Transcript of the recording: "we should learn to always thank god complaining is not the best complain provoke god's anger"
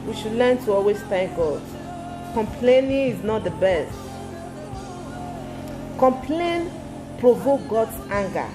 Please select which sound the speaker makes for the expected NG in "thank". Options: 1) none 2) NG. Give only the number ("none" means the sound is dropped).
1